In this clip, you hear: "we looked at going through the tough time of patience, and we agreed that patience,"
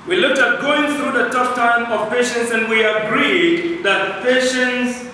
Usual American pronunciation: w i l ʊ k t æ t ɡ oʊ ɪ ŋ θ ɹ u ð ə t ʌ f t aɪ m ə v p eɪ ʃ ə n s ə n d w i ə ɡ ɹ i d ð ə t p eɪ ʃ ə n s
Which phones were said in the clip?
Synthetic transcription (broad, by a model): w i l ʊ k t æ t ɡ oʊ ɪ ŋ θ ɹ u ð ə t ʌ p t aɪ m ə v p eɪ ʃ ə n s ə n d w i ə ɡ ɹ i d ð ə t p eɪ ʃ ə n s